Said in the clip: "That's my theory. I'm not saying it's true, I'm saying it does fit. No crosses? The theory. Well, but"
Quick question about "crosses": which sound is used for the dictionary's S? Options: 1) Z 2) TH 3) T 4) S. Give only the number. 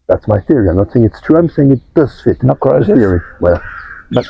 2